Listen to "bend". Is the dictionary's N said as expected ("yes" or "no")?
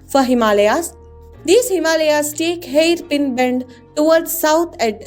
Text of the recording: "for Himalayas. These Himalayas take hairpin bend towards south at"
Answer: yes